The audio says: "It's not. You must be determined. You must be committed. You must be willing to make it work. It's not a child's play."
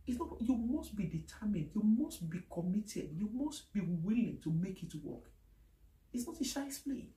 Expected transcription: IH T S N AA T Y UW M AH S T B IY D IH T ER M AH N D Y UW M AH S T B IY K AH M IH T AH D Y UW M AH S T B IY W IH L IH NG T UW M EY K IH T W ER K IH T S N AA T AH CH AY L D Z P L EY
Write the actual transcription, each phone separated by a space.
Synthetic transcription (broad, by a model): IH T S N AA T Y UW M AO S T B IY D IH T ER M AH N D Y UW M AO S T B IY K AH M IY T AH D Y UW M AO S T B IY W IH L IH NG T UW M EY K IH T W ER K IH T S N AA T AH SH AY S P L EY